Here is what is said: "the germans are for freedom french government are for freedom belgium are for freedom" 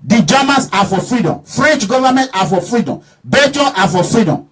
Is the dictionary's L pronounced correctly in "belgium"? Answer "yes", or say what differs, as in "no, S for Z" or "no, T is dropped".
no, L is dropped